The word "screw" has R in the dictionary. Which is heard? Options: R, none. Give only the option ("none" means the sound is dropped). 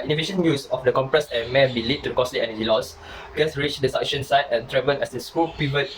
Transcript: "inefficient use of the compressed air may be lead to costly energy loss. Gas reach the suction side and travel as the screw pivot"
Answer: none